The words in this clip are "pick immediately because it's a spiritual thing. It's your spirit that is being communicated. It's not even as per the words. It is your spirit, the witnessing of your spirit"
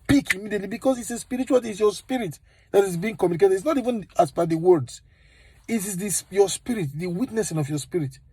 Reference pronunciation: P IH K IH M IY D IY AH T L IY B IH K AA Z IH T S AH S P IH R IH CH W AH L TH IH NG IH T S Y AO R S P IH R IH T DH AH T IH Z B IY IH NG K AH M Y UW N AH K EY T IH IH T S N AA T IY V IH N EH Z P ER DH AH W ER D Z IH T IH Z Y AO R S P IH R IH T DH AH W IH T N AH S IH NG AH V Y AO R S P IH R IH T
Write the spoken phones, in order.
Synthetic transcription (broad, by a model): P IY K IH M IY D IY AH T L IY B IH K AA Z IH T S AH S P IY R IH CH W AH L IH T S Y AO S P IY R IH T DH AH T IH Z B IY IH NG K AH M Y UW N AH K EY T IH IH T S N AA T IY V IH N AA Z B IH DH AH W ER D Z IH T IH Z Y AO S P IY R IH T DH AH W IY T N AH S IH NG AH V Y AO S P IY R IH T